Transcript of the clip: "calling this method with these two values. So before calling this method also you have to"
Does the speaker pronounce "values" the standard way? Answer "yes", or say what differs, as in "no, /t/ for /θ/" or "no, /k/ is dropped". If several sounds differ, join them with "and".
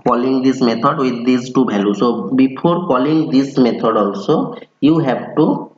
no, /b/ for /v/